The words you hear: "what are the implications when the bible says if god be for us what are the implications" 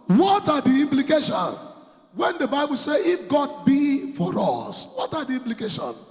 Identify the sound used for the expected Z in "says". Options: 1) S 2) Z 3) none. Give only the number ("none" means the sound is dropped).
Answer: 3